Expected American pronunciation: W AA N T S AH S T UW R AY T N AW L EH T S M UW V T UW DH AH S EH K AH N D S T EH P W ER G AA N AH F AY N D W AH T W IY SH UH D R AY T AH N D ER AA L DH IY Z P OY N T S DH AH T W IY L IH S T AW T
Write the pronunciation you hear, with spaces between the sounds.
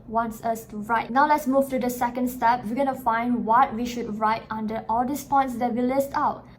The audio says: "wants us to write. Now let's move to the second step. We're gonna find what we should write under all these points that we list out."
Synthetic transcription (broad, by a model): W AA N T S AH S T UW R AY T N AW L EH T S M UW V T UW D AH S EH K AH N D S T EH P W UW G AA N AH F AY N D W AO T W IY SH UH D R AY T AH N D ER AA L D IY S P OY N T S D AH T W IY L IH S T AW T